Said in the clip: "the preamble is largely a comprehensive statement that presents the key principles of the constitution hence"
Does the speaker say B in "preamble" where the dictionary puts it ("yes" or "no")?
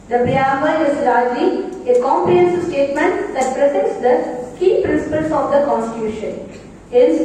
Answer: no